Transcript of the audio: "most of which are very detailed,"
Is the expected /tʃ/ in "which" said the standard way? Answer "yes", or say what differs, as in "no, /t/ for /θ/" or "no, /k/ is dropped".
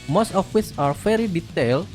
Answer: no, /s/ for /tʃ/